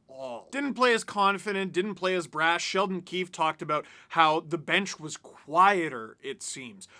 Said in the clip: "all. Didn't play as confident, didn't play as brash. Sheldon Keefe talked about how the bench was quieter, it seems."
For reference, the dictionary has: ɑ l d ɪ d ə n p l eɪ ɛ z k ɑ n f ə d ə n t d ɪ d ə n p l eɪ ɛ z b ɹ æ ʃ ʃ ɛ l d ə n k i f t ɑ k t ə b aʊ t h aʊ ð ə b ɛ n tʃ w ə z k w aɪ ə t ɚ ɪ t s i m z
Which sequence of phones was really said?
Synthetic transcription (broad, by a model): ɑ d ɪ d n p l eɪ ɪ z k ɑ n f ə d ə n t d ɪ d n p l eɪ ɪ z b ɹ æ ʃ ʃ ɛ l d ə n k i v t ɑ k t ə b aʊ t h aʊ ð ə b ɛ n tʃ w ə z k w aɪ ə t ɚ ɪ t s i m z